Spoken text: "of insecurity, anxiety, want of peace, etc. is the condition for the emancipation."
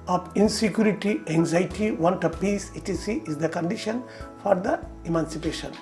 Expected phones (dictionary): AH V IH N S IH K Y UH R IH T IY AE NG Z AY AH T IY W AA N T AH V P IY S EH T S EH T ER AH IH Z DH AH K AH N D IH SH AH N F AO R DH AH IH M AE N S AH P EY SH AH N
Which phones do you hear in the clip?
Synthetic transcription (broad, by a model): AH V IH N S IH K Y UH R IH T IY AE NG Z AY T IY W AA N T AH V P IY S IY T IY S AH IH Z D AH K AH N D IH SH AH N F AO R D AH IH M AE N S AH P EY SH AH N